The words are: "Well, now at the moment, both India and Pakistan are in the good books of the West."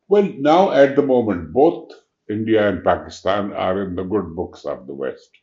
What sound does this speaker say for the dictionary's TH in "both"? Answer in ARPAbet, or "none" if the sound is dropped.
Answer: T